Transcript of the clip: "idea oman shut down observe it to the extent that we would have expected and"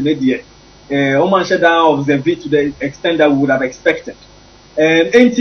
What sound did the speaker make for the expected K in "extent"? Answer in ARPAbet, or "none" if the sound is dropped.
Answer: K